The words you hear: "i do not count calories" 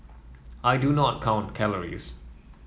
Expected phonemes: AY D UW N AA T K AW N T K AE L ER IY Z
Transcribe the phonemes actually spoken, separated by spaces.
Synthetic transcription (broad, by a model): AY D UW N AA T K AW N T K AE L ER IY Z